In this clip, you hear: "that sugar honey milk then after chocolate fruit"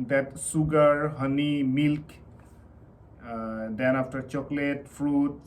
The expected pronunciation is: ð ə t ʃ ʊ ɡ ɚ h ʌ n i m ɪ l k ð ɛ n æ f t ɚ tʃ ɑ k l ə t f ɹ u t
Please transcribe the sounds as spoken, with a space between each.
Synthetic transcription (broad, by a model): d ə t s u ɡ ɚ h ʌ n i m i l k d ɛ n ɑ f t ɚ tʃ ɑ k l ə t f ɹ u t